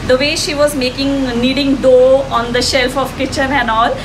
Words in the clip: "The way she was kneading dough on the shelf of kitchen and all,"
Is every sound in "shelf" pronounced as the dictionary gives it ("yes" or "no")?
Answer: yes